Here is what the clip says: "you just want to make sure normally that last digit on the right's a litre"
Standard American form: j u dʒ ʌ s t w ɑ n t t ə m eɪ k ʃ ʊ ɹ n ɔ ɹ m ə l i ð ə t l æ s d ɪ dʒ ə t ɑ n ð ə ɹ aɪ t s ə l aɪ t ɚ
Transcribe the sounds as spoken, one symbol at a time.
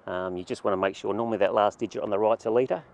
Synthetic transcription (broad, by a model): j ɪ dʒ ʌ s t w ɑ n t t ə m eɪ k ʃ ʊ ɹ n ɔ ɹ m ə l i ð ə t l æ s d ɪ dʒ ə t n ð ə ɹ aɪ t ə l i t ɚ